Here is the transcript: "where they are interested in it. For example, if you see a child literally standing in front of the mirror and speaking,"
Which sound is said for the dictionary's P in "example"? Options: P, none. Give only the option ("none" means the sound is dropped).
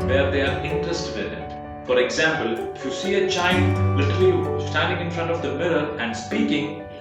P